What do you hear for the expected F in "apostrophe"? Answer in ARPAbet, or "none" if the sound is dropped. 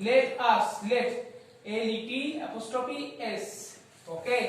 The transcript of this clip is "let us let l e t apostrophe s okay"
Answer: P